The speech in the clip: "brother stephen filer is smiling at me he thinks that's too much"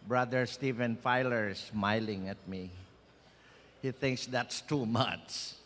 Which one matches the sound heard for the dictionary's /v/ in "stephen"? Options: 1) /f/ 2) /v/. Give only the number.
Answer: 2